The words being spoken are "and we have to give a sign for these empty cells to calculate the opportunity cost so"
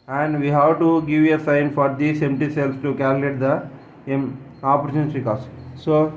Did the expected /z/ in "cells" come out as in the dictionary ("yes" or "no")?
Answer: no